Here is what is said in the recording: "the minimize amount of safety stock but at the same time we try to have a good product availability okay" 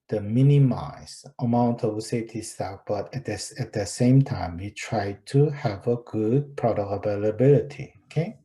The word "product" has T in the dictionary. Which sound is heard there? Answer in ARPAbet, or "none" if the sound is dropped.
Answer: none